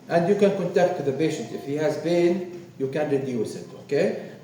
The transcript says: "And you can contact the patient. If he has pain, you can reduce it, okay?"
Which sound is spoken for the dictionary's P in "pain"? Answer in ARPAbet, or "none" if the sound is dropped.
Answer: B